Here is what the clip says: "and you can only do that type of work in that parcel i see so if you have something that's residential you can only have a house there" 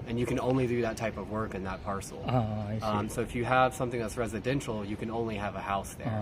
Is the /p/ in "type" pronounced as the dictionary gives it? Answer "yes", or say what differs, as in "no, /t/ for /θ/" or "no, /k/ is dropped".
yes